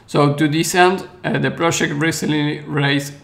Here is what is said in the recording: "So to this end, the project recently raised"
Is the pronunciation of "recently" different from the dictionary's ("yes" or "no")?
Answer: yes